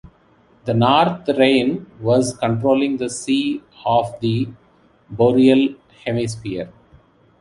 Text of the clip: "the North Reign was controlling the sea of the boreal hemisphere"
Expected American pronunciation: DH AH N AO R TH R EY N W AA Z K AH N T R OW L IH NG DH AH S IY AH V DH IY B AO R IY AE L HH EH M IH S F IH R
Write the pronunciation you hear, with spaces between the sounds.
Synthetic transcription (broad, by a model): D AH N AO R T R EY N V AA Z K AH N T R OW L IH NG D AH S IY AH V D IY B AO R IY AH L HH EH M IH S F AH R